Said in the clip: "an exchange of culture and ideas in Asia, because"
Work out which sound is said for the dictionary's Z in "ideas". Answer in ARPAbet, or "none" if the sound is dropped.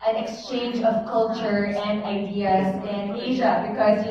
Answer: Z